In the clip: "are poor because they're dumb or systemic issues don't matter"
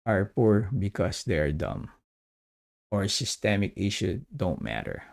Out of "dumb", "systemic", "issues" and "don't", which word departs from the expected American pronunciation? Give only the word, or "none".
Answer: issues